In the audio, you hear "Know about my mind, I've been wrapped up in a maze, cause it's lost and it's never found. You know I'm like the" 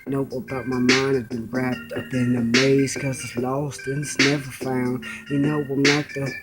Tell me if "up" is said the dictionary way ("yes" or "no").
no